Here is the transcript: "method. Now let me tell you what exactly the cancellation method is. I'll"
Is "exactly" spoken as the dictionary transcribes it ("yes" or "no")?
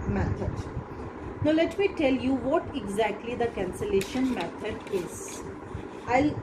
yes